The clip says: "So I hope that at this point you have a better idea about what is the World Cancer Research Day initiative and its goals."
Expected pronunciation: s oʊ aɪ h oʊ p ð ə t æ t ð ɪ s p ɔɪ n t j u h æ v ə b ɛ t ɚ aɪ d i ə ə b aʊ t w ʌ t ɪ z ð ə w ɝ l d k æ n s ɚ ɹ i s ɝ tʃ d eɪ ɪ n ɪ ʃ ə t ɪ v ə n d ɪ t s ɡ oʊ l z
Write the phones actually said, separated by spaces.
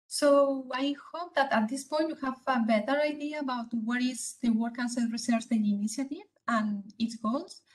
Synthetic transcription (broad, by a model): s oʊ aɪ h oʊ p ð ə t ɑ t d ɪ s p ɔɪ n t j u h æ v ə b ɛ t ɚ aɪ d i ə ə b aʊ t w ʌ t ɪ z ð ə w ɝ d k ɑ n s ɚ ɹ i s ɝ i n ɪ n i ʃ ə t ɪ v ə n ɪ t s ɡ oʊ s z